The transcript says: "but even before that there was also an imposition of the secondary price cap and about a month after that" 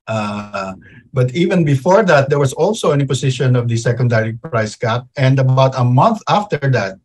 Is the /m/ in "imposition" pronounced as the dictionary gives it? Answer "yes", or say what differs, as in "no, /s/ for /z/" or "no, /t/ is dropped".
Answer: no, /m/ is dropped